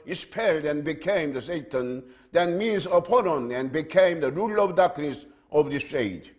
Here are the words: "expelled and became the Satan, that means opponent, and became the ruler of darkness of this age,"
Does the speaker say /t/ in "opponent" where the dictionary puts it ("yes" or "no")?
no